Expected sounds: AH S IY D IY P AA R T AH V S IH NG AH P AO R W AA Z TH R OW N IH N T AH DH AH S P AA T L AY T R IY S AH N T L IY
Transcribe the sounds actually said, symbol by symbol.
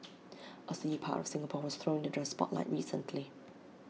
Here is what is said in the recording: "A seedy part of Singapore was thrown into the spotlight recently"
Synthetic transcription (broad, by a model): AH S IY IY P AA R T AH V S IH NG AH P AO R W AA Z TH R OW IH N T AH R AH S P AA T L AY T R IY S AH N T L IY